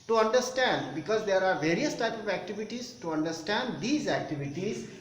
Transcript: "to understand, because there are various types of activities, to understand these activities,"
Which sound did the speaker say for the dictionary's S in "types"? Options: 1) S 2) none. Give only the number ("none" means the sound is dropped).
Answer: 2